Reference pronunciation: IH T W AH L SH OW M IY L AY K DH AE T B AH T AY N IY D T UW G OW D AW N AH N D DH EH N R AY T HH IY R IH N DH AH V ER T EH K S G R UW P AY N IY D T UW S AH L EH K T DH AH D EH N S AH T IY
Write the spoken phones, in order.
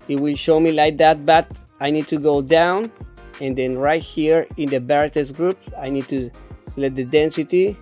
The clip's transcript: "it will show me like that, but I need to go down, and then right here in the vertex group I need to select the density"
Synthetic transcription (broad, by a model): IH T W AH L SH OW M IY L AY K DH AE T B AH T AY N IY D T UW G OW D AW N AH N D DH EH N R AY T HH IY R IH N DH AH B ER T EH S G R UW P AY N IY D T UW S L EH T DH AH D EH N S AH T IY